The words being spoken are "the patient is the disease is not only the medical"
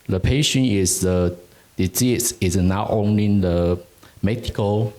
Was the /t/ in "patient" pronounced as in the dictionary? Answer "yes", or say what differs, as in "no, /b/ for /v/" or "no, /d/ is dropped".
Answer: no, /t/ is dropped